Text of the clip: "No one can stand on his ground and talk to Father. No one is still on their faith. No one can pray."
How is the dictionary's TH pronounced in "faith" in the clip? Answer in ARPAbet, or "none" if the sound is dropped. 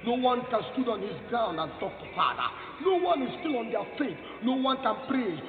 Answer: T